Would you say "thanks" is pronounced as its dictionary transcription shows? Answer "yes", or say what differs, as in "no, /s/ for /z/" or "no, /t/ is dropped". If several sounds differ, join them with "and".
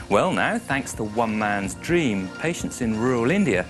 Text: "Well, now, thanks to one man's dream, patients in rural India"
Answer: yes